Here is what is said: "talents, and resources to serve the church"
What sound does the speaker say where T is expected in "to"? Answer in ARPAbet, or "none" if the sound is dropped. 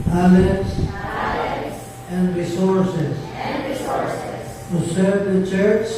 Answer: S